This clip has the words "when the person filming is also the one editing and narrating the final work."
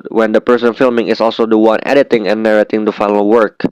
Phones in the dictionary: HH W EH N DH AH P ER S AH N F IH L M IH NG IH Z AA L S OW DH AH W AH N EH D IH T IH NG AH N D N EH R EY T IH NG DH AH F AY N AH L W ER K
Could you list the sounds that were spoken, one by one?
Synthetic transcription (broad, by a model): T W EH N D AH P ER S AH N F IH L M IH NG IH S AA L S OW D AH W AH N EH D IH T IH NG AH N N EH R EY T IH NG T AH F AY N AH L W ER K